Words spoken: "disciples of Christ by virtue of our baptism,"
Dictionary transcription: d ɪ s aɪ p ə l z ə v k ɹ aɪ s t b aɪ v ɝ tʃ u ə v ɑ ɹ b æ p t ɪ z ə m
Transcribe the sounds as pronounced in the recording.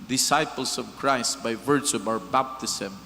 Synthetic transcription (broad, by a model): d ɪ s aɪ p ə l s ə v k ɹ aɪ s t b aɪ v ɝ tʃ u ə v ɑ ɹ b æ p t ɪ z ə m